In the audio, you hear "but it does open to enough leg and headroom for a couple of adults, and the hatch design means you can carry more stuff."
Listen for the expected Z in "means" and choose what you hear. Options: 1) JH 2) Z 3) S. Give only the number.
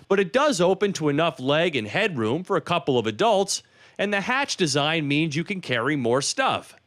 2